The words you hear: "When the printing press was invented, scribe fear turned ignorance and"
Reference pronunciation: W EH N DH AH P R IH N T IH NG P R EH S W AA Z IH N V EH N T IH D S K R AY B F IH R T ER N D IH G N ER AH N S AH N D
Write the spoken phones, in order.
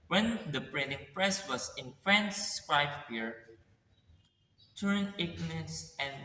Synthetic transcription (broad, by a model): W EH N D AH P R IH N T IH NG P R EH S W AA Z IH N F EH N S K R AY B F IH R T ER N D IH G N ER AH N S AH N